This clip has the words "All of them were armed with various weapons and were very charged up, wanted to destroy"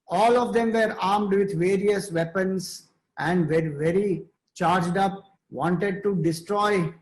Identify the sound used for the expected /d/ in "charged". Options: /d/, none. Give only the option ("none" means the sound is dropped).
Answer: /d/